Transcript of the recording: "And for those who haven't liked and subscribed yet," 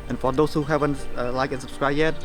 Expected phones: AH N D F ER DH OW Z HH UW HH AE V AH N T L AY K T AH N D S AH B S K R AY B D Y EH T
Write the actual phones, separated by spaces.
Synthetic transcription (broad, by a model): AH N F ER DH OW S HH UW HH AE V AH N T L AY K AH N S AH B S K R AY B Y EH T